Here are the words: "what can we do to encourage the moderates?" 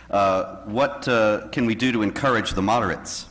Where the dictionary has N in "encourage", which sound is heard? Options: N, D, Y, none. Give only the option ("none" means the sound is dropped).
N